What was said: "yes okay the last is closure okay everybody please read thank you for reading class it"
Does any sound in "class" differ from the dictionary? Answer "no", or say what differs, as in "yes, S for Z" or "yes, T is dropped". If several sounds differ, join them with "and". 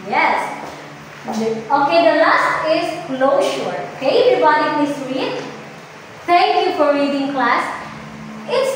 no